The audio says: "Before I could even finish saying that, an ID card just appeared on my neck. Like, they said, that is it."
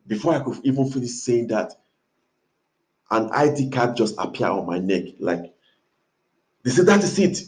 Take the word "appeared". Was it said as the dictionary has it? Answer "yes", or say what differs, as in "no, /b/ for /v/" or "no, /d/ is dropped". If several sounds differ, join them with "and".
no, /d/ is dropped